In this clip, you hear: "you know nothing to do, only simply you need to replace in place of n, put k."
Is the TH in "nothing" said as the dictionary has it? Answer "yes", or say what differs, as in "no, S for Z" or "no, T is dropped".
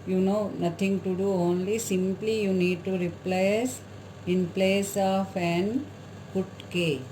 no, T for TH